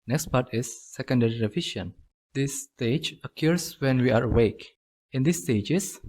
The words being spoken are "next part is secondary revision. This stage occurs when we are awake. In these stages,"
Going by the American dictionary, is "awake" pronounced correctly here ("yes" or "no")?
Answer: yes